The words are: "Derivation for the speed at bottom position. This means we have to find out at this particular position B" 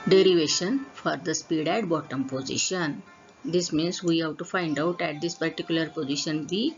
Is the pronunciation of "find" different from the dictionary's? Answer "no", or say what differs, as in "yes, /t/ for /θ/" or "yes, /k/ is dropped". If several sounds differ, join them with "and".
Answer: no